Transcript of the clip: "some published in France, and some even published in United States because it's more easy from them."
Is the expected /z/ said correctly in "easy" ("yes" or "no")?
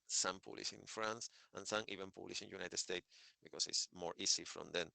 no